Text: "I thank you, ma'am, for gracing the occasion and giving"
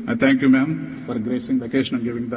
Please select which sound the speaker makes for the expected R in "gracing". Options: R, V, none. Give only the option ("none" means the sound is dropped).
R